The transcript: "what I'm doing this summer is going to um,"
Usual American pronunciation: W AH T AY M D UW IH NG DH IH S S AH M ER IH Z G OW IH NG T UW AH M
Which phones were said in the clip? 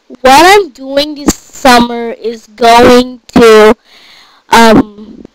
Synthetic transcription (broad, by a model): W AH T AY M D UW IH NG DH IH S S AH M ER IH Z G OW IH NG T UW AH M